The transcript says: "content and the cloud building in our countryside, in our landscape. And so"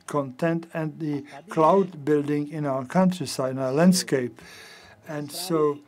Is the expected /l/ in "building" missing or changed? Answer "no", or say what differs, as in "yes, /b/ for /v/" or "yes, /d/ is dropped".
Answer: no